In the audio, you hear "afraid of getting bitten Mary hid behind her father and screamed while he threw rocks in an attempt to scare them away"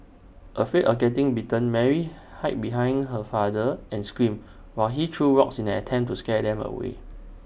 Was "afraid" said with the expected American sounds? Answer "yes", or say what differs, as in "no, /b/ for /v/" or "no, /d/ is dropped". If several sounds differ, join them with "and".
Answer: no, /ɹ/ is dropped